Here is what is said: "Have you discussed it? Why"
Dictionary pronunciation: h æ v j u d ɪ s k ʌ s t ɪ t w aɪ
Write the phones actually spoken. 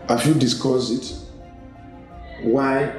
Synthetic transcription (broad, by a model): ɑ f j u d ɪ s k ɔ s ɪ t w aɪ